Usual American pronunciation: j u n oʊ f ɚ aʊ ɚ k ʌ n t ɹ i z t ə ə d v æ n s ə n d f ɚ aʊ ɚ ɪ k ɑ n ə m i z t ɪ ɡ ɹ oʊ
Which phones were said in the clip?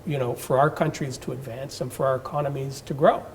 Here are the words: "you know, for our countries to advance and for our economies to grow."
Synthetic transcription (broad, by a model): j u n oʊ f ɚ aʊ ɚ k ʌ n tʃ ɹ i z t ə ə d v æ n s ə n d f ɚ aʊ ɚ k ɑ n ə m i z t ɪ ɡ ɹ oʊ